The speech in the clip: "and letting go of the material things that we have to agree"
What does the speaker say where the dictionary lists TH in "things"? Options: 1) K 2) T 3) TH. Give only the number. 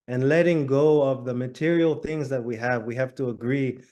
3